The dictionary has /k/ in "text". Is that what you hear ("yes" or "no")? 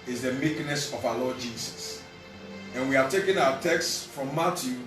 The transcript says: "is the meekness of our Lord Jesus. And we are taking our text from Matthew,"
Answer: yes